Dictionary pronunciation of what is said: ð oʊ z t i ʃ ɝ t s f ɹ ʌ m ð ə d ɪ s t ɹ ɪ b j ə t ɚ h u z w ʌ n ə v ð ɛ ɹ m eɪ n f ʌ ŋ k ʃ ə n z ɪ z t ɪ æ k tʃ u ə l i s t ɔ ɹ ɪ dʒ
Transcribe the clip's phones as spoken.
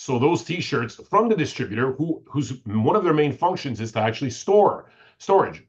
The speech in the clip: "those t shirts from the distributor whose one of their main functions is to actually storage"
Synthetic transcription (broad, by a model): ð oʊ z t i ʃ ɝ t s f ɹ ʌ m ð ə d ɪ s t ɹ ɪ b j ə t ɚ h u z w ʌ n ə v ð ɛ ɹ m eɪ n f ʌ ŋ k ʃ ə n z ɪ z t ɪ æ k tʃ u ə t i s t ɔ ɹ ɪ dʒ